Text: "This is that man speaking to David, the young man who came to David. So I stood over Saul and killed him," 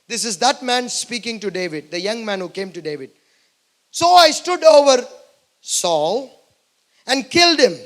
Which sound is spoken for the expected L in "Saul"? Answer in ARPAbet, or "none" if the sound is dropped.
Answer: L